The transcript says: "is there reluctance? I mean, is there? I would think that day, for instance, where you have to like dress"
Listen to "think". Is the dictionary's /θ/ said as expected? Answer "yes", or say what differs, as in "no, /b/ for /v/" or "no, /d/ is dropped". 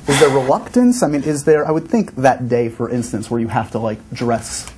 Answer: yes